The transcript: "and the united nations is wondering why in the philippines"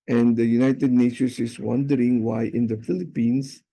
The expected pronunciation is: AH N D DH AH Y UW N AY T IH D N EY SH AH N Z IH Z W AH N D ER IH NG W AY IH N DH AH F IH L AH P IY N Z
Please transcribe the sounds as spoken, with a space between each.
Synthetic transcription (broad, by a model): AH N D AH Y UW N AY T IH D N EY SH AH N S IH S W AH N D ER IH NG W AY IH N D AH F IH L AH P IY N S